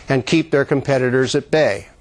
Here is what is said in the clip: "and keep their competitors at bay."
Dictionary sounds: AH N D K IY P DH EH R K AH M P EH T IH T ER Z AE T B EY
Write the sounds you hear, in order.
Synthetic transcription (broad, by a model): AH N K IY P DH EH R K AH M P EH T IH T ER Z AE T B EY